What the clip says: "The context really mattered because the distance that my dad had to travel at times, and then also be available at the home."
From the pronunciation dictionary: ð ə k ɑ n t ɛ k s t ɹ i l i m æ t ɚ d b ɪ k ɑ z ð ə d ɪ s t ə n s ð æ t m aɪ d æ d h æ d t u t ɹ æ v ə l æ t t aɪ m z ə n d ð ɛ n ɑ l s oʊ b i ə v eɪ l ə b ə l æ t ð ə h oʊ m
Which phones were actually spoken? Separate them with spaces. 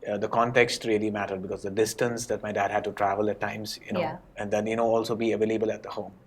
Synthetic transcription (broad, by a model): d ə k ɑ n t ɛ k s t ɹ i l i m æ t ɚ d b ɪ k ɑ z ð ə d ɪ s t ə n s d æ t m aɪ d æ d h æ d t u t ɹ æ v ə l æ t t aɪ m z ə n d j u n ɑ l s oʊ b i ə v eɪ l ə b ə l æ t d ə h oʊ m